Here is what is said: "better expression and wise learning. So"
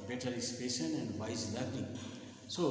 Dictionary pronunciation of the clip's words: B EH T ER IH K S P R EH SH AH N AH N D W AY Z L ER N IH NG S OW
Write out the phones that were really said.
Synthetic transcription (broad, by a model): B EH T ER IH S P EH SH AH N AH N D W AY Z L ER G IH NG S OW